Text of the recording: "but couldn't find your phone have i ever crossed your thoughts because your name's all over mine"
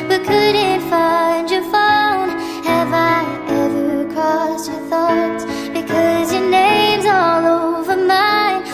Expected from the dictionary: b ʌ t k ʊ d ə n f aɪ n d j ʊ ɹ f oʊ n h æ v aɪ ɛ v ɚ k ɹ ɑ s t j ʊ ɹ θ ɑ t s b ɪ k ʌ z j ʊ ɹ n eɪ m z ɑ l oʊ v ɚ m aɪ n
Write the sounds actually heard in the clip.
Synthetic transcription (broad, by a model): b ʌ t k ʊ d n f aɪ n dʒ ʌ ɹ f oʊ n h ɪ v aɪ ɛ v ɚ k ɑ s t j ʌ ɹ θ ɑ t s b ɪ k ʌ z j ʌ ɹ n eɪ m z ɑ l oʊ v ɚ m aɪ n